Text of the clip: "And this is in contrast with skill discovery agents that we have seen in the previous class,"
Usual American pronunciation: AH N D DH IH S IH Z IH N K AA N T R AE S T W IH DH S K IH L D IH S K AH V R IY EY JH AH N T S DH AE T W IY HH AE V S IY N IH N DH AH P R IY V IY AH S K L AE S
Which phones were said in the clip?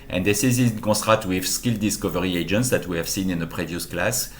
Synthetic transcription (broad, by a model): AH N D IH S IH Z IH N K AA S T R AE T W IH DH S K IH L D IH S K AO V R IY EY JH AH N T S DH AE T W IY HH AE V S IY N IH N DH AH P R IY V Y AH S K L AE S